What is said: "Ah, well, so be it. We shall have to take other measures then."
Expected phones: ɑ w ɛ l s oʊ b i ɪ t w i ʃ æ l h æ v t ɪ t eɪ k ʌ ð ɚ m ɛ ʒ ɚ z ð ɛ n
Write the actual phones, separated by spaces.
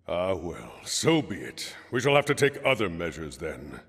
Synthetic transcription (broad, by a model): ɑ w ɛ l s oʊ b i ɪ t w i ʃ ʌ l h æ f t ɪ t eɪ k ʌ ð ɚ m ɛ ʒ ɚ z ð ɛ n